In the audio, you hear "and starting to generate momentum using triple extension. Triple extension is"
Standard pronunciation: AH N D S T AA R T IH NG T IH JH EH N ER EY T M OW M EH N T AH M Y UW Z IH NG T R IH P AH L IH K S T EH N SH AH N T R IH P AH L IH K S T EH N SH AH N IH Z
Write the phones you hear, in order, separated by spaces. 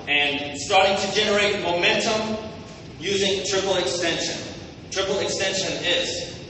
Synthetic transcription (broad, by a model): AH N S T AA R T IH NG T IH JH EH N ER EY T M OW M EH N T AH M Y UW Z IH NG T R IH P L IH K S T EH N SH AH N T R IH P L IH K S T EH N SH AH N IH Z